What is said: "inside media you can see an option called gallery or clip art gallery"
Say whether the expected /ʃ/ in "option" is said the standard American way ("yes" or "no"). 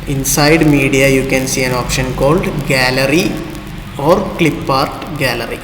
yes